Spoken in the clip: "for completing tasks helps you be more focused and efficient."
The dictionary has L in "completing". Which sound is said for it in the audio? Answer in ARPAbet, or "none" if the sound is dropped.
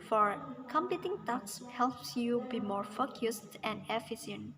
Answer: none